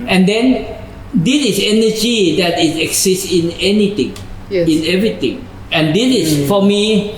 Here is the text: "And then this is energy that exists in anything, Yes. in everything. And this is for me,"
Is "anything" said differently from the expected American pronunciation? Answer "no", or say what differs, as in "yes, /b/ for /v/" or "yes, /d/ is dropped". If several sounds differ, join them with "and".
yes, /t/ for /θ/